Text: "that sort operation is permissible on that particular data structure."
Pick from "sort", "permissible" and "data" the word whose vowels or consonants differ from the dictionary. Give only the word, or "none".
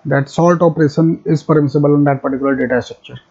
sort